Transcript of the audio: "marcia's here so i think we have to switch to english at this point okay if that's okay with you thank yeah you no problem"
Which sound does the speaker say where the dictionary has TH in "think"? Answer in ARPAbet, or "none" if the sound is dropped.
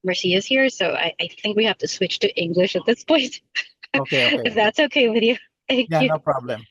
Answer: TH